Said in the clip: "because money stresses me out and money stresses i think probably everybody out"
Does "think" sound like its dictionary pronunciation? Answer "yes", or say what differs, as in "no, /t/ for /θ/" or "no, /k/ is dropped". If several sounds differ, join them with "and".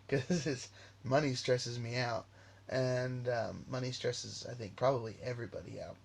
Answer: yes